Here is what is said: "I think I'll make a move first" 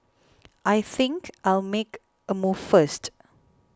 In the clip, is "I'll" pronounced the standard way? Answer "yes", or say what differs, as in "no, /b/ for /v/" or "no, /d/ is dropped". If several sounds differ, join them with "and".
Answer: yes